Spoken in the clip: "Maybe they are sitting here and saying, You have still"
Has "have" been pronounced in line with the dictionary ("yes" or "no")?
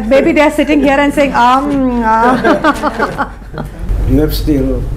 no